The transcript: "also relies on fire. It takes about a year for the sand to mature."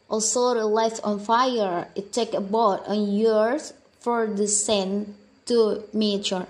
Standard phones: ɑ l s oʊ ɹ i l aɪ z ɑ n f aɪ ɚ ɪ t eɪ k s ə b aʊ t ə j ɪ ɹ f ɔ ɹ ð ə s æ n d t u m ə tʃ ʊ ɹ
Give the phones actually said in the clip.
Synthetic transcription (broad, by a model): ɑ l s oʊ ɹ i l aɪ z ɑ n f aɪ ɚ ɪ t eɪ k ə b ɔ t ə j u ɹ f ɔ ɹ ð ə s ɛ n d t u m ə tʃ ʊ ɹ